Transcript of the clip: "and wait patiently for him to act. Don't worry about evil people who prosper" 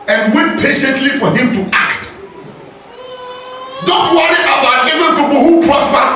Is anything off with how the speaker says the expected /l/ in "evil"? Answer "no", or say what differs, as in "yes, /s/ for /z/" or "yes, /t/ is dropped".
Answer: yes, /n/ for /l/